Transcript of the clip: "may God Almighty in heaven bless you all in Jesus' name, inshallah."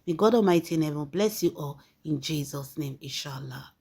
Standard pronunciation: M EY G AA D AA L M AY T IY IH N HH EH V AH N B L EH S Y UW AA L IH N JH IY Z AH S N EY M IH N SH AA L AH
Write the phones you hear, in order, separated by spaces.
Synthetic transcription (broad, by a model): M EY G AA D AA M AY T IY IH N HH EH V AH N B L EH S Y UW AA L IH N JH IY Z AH S N EY M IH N SH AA L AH